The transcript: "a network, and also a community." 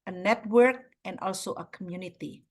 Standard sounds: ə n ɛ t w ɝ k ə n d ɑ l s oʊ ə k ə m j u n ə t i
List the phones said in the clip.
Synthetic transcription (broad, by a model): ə n ɛ t w ɝ k ə n d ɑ l s oʊ ə k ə m j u n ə t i